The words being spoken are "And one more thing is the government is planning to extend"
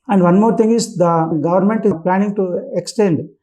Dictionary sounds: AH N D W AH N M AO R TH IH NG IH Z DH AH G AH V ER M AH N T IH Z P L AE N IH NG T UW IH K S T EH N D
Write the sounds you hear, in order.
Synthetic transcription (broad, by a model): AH N D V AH N M AO R T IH NG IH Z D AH G AH V ER M AH N T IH P L AE N IH NG T UW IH K S T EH N D